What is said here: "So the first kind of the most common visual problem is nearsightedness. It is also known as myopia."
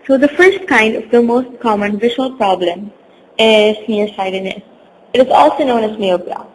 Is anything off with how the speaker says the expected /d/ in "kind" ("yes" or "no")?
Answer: no